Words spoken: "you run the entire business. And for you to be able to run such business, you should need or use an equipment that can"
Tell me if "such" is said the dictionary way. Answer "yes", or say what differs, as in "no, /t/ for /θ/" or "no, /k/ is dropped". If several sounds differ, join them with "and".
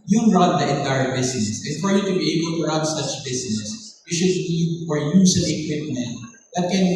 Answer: yes